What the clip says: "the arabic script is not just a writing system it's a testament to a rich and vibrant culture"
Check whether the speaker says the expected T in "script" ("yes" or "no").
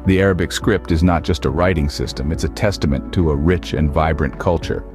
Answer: yes